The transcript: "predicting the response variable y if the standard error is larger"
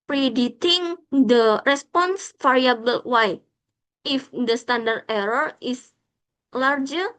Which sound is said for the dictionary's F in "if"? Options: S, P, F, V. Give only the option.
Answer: F